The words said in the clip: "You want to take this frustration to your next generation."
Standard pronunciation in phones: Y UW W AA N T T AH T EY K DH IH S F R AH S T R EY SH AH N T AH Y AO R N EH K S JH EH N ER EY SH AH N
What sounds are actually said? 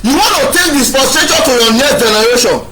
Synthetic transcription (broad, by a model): Y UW W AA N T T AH T EY K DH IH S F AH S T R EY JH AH T AH Y AO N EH S JH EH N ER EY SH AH N